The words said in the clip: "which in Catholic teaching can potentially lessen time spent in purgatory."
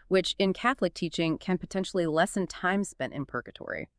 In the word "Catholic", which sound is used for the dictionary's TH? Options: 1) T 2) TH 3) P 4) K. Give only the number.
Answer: 2